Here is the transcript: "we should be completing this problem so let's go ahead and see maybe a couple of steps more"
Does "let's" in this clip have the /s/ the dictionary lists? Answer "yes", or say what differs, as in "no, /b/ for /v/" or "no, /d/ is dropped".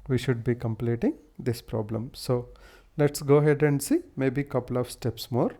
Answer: yes